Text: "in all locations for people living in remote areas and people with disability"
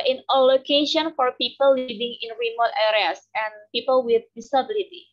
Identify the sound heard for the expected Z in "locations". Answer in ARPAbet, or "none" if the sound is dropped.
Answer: none